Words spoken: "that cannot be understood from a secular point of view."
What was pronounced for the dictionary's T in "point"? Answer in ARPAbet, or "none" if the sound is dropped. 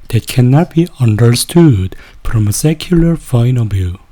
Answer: none